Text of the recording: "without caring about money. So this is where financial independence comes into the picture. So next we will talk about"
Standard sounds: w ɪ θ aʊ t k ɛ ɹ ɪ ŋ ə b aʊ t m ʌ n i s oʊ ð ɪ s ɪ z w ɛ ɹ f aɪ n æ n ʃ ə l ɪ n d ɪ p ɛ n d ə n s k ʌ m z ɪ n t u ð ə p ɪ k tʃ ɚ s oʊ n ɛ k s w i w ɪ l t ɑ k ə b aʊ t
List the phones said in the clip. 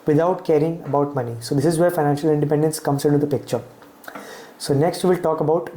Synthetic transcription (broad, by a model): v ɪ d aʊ t k ɛ ɹ ɪ ŋ ə b aʊ t m ʌ n i s oʊ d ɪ s ɪ z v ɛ ɹ f aɪ n æ n ʃ ə l ɪ n d ɪ p ɛ n d ə n s k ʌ m s ɪ n t u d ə p ɪ k tʃ ɚ s oʊ n ɛ k s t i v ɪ l t ɑ k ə b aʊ t